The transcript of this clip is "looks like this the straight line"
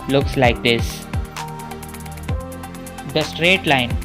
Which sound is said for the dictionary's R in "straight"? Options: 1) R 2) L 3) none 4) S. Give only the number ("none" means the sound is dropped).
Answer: 1